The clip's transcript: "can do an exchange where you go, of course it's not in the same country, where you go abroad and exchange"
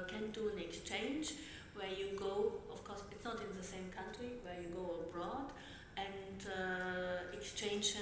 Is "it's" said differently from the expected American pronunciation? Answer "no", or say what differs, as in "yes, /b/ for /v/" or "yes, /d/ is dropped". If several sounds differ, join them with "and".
no